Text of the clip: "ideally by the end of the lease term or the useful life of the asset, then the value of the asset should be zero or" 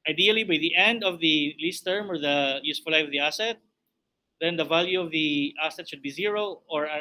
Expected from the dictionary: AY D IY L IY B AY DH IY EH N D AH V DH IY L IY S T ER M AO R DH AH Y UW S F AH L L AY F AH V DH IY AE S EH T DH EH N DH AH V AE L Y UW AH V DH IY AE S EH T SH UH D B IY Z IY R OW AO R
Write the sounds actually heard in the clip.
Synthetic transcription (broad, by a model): AY D IY L IY B AY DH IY EH N D AH V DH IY L IY S T ER M AO R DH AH Y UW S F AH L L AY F AH V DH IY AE S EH T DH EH N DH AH V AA L Y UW AH V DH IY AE S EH T SH UH D B IY Z IY R OW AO R